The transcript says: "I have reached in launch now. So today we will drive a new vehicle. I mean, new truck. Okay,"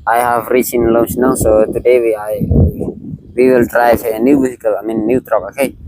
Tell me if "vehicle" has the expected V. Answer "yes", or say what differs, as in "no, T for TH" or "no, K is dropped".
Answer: no, W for V